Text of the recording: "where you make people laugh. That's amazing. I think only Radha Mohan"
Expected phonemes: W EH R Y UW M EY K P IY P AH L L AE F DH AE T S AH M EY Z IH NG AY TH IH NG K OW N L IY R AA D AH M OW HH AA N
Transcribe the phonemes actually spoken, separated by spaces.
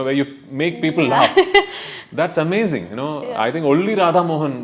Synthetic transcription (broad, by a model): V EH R Y UW M EY K P IY P AH L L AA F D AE T S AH M EY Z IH NG AY T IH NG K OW L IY R AA D AH M OW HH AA N